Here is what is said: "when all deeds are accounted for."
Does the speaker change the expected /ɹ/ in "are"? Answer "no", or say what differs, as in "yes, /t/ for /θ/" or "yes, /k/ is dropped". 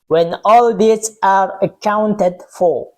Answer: no